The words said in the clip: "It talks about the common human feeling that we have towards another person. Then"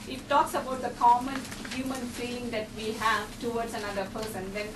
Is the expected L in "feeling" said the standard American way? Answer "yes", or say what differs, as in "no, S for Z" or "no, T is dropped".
no, L is dropped